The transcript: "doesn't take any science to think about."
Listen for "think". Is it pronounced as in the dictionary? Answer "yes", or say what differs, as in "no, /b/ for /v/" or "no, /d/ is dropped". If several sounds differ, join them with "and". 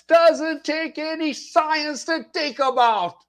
no, /t/ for /θ/ and /ŋ/ is dropped